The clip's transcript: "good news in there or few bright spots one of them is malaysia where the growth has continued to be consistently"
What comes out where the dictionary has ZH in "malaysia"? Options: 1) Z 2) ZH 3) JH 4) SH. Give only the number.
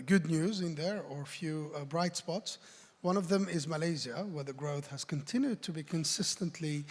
1